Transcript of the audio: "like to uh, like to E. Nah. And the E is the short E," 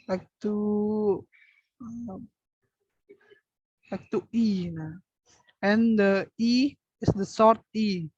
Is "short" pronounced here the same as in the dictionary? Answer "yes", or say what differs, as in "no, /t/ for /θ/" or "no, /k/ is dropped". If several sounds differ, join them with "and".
no, /s/ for /ʃ/